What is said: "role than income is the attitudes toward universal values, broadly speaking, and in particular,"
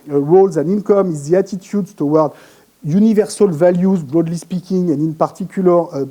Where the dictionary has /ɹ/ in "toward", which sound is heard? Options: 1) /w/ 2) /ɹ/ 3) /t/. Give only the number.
1